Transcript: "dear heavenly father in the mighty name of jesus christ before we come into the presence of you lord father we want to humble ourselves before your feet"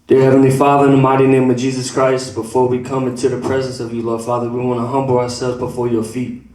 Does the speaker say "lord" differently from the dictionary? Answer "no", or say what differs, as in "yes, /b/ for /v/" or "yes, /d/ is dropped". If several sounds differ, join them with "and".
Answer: no